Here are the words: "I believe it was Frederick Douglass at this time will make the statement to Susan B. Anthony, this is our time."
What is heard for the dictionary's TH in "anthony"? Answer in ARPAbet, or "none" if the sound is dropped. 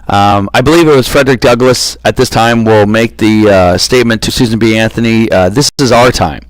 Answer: TH